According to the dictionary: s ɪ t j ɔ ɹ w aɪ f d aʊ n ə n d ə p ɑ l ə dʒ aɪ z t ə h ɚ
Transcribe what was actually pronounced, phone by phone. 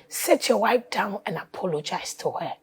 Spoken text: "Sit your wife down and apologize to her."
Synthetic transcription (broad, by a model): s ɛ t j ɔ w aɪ p d aʊ n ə n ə p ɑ l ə dʒ aɪ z t ə h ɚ